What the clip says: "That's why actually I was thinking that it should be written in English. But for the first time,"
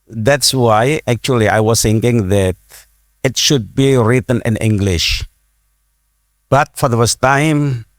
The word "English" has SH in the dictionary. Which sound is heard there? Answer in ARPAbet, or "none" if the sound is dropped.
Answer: SH